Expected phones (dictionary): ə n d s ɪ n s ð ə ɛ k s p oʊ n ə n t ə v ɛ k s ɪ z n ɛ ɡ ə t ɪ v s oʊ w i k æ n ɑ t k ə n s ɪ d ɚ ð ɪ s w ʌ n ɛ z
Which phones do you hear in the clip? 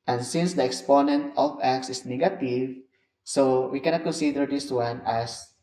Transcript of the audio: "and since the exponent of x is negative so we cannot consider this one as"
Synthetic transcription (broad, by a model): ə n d s ɪ n s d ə ɛ k s p oʊ n ə n t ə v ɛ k s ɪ s n ɛ ɡ ə t ɪ v s oʊ w i k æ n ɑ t k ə n s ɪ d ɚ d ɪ s w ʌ n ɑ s